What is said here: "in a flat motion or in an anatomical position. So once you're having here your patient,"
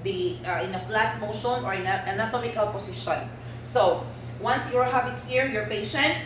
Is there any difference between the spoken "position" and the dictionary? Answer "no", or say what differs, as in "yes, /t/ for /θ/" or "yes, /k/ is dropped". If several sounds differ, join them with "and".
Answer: yes, /s/ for /z/